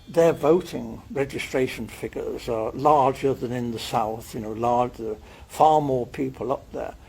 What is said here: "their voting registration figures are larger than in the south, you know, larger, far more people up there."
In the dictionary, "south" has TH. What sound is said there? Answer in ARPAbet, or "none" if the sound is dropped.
TH